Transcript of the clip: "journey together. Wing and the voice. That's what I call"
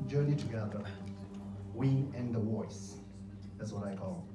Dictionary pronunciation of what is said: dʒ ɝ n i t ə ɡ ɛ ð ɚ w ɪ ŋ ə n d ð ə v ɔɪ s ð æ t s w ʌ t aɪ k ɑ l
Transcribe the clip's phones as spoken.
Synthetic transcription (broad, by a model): dʒ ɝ n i t ə ɡ ɛ ð ɚ w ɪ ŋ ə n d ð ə w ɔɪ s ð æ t s w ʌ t aɪ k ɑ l